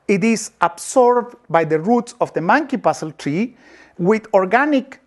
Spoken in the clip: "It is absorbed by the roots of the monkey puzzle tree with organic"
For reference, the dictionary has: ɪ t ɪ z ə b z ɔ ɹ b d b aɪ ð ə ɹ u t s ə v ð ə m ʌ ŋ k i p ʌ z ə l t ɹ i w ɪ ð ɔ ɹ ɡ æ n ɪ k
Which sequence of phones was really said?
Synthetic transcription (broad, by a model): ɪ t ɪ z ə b s ɔ ɹ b b aɪ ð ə ɹ u t s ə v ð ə m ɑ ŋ k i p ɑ s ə l t ɹ i w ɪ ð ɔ ɹ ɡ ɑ n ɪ k